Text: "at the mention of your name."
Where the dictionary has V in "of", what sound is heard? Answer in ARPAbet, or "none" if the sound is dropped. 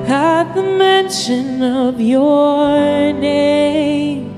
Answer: V